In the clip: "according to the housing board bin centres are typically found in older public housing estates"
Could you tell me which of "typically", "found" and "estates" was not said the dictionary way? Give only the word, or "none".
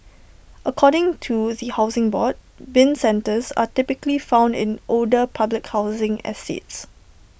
none